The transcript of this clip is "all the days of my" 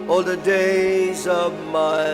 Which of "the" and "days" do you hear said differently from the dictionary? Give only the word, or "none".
none